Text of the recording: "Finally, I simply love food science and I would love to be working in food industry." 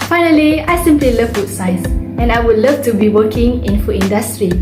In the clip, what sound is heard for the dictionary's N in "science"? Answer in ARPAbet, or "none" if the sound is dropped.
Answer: none